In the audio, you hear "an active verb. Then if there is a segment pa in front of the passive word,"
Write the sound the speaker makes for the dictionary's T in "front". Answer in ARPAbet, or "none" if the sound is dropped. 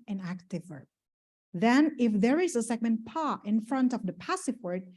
T